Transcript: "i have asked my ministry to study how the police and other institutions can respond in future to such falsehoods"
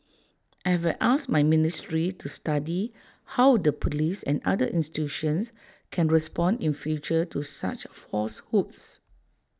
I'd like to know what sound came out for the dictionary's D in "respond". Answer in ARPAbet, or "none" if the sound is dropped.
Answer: D